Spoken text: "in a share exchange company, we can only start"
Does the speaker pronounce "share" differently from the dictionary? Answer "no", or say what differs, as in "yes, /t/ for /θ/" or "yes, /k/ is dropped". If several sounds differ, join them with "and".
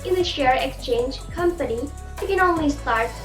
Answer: no